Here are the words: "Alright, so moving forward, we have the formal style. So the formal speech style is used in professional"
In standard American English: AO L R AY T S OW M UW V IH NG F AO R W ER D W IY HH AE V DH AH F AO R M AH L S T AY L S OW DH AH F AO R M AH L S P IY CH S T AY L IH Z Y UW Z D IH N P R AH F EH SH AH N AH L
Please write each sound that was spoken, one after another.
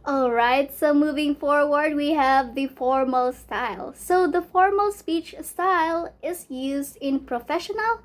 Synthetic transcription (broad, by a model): AO L R AY T S OW M UW V IH NG F AO R W ER D W IY HH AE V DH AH F AO R M AH L S T AY L S OW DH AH F AO R M AH L S P IY CH S T AY L IH Z Y UW Z D IH N P R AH F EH SH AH N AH L